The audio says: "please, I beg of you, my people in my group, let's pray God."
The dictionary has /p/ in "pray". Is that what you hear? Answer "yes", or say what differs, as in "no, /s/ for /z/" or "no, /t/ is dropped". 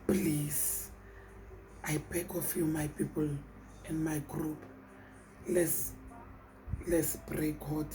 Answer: no, /b/ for /p/